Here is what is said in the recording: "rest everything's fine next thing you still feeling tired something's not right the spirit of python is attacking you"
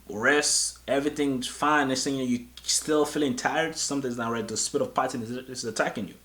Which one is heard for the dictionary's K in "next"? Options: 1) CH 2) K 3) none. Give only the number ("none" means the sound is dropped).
3